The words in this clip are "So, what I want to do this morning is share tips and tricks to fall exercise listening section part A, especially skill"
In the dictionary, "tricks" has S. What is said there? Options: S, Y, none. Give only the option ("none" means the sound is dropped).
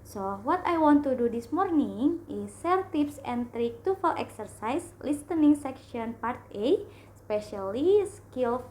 none